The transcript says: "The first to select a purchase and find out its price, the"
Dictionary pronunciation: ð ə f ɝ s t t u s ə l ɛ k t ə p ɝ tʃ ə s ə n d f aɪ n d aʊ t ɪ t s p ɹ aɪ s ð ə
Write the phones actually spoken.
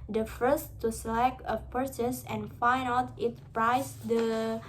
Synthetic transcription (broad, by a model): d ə f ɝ s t t u s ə l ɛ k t ə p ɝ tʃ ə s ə n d f aɪ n aʊ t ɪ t p ɹ aɪ s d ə